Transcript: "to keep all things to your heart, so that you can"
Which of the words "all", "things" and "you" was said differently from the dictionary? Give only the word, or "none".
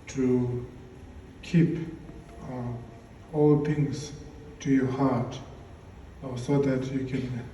things